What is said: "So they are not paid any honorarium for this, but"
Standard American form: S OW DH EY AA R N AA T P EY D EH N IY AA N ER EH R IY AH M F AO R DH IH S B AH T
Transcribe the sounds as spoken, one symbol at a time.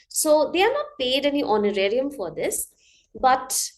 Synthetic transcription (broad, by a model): S OW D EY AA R N AA T P EY D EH N IY AA N ER EH R IY AH M F AO R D IH S B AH T